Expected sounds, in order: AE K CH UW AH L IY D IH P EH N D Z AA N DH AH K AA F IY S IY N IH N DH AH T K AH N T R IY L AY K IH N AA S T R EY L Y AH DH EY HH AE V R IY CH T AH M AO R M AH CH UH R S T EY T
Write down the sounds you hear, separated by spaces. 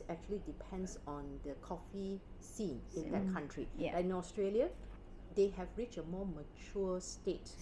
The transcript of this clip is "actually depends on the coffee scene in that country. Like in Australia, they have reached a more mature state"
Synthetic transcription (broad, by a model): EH K CH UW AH L IY D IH P EH N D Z AA N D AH K AA F IY S IY N IH N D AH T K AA N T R IY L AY IH N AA S T R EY L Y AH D EY HH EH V R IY CH AH M AO M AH CH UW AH S T EY T